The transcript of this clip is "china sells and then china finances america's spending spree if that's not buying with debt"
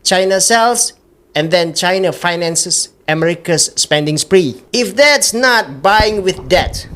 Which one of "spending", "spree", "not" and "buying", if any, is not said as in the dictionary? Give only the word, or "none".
none